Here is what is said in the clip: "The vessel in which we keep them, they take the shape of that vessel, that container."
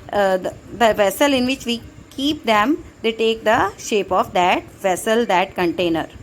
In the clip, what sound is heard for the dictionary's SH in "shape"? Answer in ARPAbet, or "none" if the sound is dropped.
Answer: SH